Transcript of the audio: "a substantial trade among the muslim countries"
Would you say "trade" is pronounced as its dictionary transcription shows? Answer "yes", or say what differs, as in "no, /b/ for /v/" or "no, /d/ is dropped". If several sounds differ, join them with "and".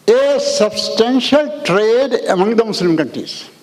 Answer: yes